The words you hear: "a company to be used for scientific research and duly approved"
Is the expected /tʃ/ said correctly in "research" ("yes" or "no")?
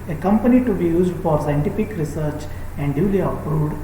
yes